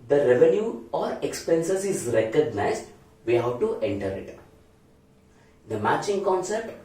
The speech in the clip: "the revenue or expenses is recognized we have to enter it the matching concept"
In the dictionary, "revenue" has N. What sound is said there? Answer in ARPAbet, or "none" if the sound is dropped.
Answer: N